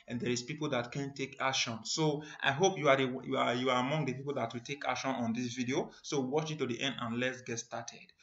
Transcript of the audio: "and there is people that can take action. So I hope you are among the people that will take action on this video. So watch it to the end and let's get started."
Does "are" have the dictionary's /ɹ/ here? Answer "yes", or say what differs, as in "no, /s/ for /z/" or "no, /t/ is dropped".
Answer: no, /w/ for /ɹ/